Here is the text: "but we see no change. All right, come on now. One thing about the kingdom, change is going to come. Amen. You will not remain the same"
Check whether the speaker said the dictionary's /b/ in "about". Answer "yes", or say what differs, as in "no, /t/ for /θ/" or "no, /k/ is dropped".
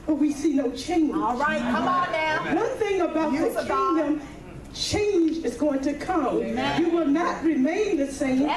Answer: yes